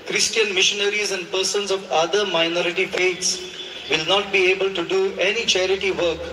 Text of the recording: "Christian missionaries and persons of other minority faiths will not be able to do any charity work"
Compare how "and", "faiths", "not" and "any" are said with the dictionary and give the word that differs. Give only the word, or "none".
faiths